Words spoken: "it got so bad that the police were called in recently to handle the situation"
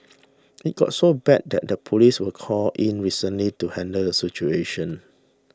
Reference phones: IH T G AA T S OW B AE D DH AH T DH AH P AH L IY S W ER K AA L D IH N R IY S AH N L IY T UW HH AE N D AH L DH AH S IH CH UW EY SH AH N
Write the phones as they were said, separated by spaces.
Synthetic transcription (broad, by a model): IH T G AA T S OW B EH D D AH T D AH P AH L IY S W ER K AA L IH N R IY S AH N L IY T UW HH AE N D AH L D AH S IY CH UW EY SH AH N